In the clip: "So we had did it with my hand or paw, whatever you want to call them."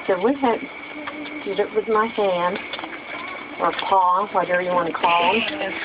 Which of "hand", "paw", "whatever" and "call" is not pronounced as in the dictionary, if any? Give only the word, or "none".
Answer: none